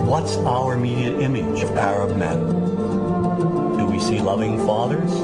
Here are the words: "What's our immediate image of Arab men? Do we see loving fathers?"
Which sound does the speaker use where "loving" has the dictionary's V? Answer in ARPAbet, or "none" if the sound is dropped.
V